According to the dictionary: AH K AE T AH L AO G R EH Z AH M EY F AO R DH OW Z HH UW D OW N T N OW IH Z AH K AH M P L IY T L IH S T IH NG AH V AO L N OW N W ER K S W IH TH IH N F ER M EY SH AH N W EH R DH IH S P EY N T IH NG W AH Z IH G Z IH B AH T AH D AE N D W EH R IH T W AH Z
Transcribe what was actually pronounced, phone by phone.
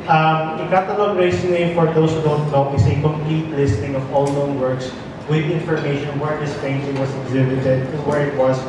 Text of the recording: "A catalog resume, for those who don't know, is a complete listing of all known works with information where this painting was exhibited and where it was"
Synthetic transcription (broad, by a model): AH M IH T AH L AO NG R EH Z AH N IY F AO R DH OW S HH UW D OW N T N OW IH S AH K AH M P L IY T L IH S T IH NG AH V AO L N OW N W ER K S W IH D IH N F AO M EY SH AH N W EH R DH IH S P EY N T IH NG W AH S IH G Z IH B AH T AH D D W EH R IH T W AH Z